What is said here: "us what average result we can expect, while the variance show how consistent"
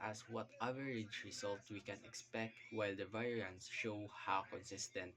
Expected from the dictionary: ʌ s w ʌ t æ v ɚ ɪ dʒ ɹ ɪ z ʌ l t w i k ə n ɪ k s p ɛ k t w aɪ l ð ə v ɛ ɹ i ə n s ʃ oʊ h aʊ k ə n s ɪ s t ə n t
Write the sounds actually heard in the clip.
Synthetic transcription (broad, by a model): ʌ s w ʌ t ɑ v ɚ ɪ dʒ ɹ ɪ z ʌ l t w i k ə n ɪ k s p ɛ k t w aɪ l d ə v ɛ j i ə n s ʃ oʊ h aʊ k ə n s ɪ s t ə n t